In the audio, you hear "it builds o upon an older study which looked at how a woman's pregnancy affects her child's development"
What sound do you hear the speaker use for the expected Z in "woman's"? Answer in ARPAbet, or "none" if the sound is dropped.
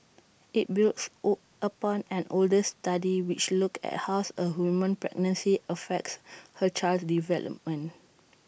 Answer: none